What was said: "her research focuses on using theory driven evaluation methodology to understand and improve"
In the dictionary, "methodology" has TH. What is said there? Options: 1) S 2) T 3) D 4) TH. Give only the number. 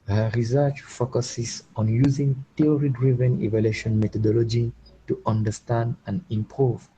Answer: 2